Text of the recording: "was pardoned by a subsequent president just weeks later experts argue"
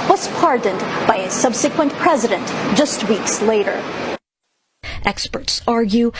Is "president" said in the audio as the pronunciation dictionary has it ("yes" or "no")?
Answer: yes